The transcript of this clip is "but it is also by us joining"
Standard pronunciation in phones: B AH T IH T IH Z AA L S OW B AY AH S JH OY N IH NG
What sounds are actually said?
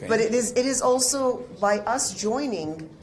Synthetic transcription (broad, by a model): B AH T IH T IH Z AA L S OW B AY AH S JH OY N IH NG